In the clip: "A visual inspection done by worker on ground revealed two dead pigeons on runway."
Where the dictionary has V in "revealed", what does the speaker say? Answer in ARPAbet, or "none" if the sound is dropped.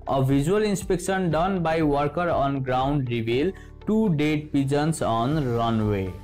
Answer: B